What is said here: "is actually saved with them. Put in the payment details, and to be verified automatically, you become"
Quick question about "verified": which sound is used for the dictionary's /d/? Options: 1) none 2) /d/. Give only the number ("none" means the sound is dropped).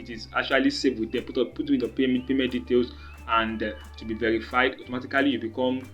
2